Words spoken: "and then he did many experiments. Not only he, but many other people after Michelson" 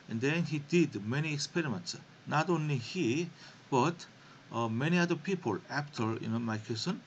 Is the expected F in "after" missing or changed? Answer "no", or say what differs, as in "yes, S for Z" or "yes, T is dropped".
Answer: yes, P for F